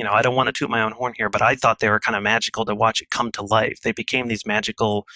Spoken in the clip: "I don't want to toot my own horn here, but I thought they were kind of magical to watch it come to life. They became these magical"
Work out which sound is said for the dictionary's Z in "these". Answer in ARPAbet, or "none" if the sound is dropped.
Z